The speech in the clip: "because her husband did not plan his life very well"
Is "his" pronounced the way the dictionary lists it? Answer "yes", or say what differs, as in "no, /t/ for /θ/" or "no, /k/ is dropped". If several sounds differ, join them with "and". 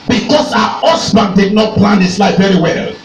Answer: no, /s/ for /z/